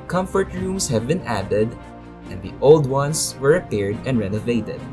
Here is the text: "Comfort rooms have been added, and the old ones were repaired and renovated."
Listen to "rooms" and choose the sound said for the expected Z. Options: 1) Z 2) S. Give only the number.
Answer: 2